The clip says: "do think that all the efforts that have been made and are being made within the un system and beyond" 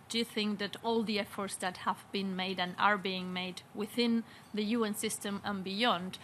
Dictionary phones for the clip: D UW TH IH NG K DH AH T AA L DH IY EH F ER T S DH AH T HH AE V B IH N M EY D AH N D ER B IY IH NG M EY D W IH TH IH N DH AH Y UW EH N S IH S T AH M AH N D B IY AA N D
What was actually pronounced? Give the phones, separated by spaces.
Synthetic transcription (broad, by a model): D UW TH IH NG K DH AH T AA L DH IY EH F ER T S DH AH T HH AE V B IH N M EY D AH N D ER B IY IH NG M EY D W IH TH IH N DH AH Y UW EH N S IH S T AH M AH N B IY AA N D